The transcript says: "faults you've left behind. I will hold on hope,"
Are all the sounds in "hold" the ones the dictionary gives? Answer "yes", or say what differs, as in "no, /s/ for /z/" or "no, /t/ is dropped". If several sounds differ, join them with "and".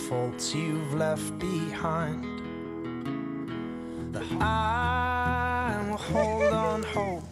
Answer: yes